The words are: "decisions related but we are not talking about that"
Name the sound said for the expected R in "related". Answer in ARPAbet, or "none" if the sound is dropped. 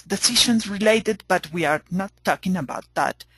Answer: R